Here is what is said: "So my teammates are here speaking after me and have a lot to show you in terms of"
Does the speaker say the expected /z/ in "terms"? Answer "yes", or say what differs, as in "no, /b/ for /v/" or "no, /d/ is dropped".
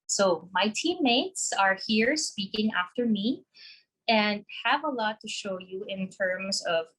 yes